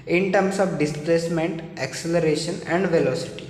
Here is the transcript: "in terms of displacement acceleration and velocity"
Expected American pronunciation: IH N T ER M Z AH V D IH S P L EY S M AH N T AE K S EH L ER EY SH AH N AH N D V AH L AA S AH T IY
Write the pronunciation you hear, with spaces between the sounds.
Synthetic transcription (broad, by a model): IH N T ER M S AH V D IH S P L EY S M AH N T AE K S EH L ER EY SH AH N AH N D V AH L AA S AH T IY